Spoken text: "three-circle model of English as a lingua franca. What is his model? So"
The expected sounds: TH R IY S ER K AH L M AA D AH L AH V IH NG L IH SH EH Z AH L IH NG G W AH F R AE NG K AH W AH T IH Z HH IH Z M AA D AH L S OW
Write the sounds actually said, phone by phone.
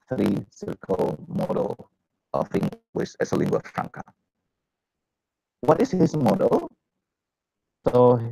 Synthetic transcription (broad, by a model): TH R IY S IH K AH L M AA D AH L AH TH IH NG W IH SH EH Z AH L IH NG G W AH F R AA NG K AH W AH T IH S HH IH S M AA D AH L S OW